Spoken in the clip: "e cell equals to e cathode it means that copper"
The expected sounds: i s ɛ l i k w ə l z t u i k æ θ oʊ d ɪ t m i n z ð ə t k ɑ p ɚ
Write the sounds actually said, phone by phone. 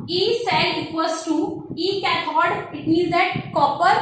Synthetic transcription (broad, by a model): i s ɛ l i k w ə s t u i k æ t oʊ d ɪ t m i z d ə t k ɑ p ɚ